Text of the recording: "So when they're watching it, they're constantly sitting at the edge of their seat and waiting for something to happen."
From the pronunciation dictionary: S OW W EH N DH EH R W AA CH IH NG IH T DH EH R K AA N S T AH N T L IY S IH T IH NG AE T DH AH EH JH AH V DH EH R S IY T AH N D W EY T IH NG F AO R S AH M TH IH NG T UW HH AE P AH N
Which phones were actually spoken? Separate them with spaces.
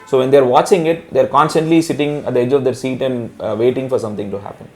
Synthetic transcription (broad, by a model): S OW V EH N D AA R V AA CH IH NG IH T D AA R K AA N S T AH N T L IY S IH T IH NG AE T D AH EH JH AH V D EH R S IY T AH N D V EY T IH NG F AO R S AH M T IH NG T UW HH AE P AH N